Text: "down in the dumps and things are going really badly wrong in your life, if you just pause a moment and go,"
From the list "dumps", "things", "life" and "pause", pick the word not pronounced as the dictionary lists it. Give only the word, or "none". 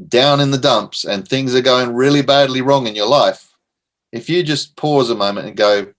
none